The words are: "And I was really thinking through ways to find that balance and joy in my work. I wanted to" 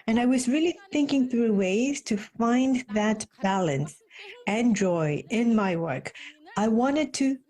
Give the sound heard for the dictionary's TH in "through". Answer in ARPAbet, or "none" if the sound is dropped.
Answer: TH